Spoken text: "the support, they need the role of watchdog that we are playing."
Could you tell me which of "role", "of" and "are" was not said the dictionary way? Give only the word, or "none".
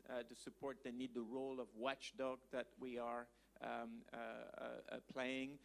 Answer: none